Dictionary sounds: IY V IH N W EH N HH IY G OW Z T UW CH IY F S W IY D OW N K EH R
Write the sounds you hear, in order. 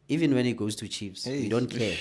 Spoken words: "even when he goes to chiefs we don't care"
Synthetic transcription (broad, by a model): IY V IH N W EH N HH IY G OW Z T UW CH IY P S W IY D OW N K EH